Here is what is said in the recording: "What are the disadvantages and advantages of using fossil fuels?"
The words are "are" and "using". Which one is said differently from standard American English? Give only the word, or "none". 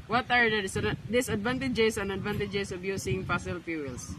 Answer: using